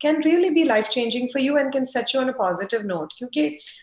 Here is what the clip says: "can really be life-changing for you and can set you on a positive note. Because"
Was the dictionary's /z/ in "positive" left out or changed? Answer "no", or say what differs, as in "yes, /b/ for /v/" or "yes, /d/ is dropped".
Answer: no